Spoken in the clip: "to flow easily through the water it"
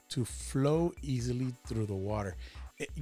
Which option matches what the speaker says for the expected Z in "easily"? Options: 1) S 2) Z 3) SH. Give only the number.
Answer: 2